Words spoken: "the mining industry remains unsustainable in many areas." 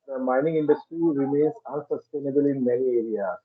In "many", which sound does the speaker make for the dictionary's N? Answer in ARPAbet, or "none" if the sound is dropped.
L